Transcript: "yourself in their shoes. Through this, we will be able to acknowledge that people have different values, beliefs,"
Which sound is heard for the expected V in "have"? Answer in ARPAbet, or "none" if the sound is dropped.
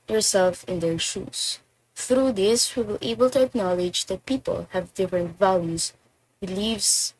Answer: V